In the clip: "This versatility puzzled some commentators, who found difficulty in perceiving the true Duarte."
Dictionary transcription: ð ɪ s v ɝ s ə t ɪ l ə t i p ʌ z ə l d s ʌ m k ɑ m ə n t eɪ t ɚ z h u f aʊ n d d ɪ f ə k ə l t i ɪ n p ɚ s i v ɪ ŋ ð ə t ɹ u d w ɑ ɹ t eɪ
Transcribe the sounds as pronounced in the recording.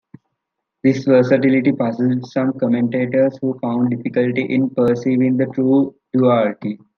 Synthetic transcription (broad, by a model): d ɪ s v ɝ s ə t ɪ l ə t i p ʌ s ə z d s ʌ m k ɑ m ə n t eɪ t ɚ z h u f aʊ n d d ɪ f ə k ə l t i ɪ n p ɚ s i v ɪ ŋ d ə t ɹ u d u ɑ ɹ t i